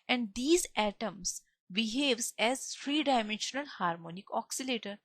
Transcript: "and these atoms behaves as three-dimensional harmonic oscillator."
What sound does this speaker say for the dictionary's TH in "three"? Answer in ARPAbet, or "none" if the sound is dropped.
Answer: F